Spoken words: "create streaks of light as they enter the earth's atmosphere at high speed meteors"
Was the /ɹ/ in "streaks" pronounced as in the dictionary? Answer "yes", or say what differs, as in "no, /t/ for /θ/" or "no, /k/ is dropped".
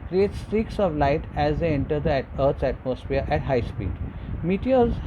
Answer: yes